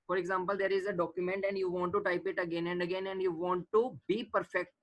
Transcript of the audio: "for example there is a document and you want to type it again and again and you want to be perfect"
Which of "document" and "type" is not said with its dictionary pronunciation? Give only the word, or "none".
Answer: none